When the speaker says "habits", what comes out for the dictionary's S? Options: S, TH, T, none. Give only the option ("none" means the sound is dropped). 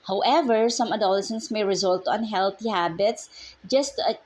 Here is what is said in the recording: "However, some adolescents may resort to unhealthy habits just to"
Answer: S